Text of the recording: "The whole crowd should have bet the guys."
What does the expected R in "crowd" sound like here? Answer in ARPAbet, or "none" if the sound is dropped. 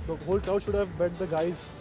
none